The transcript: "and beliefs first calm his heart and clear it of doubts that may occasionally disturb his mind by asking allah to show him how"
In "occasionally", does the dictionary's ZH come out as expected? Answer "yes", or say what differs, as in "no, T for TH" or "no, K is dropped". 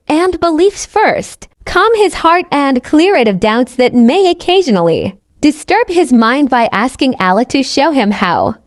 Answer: yes